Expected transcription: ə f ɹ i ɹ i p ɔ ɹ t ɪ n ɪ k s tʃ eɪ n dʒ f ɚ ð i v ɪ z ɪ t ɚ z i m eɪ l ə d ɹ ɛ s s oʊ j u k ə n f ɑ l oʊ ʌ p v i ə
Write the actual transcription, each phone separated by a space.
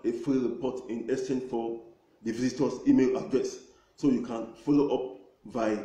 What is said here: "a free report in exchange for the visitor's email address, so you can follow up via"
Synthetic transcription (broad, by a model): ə f ɹ i ɹ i p ɔ t ɪ n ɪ s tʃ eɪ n f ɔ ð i v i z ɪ t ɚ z i m eɪ l ə d ɹ ɛ s s oʊ j u k ə n f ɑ l oʊ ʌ p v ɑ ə